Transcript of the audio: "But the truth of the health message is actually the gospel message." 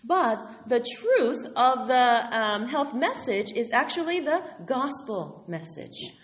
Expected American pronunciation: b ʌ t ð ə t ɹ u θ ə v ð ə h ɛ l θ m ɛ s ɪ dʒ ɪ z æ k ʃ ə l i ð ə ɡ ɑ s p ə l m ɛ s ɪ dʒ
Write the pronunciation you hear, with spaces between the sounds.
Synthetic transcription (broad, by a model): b ʌ t ð ə t ɹ u θ ə v ð ə h ɛ l θ m ɛ s ɪ dʒ ɪ z æ k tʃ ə l i ð ə ɡ ɑ s p l m ɛ s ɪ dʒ